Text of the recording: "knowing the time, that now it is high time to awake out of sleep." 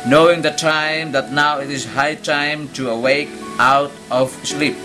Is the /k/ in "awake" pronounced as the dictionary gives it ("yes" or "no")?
yes